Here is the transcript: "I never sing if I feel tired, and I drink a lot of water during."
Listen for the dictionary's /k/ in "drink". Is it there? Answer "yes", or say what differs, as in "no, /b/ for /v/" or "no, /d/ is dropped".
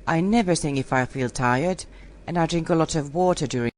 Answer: yes